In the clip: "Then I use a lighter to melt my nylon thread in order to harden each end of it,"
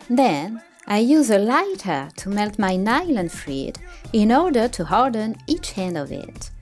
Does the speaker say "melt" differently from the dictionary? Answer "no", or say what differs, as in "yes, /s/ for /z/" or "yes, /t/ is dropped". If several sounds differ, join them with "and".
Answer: no